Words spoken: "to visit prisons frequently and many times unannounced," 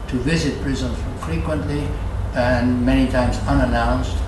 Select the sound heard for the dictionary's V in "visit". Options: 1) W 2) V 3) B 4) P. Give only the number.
2